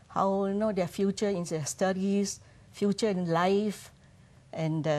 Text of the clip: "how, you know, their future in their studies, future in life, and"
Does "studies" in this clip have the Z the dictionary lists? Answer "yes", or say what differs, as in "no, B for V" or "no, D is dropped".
no, S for Z